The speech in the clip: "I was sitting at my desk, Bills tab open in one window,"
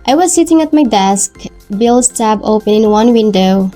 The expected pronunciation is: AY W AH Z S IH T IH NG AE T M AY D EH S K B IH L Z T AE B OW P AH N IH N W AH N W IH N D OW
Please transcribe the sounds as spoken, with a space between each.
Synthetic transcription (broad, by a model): AY W AH Z S IH T IH NG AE T M AY D EH S K B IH L S T AE B OW P AH N IH N W AH N W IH N D OW